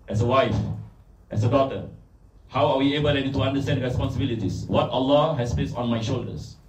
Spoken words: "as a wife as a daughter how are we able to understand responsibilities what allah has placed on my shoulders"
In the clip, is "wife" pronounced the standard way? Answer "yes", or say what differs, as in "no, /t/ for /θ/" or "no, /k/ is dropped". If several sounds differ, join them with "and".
yes